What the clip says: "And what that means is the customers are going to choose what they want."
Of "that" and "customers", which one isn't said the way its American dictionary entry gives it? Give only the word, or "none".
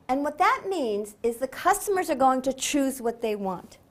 none